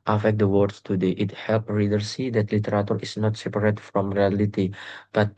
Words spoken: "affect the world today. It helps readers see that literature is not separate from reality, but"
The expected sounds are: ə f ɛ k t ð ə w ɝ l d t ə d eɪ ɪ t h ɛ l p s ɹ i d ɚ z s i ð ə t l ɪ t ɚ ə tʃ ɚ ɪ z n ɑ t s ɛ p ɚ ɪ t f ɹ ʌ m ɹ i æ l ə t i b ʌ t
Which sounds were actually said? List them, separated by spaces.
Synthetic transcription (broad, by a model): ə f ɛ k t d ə w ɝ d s t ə d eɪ ɪ t h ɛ l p ɹ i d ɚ s i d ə t l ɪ t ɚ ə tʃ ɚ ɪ s n ɑ t s ɛ p ɚ ɪ t f ɹ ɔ m ɹ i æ l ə t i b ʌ t